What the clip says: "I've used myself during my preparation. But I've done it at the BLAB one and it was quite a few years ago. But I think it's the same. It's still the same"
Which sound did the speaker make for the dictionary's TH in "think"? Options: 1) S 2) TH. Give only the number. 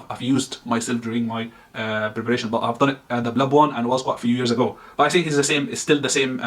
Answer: 1